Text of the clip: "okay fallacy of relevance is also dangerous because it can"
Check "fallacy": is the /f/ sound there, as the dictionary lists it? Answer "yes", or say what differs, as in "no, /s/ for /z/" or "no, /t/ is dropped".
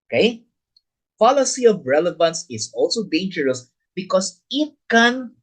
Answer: no, /p/ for /f/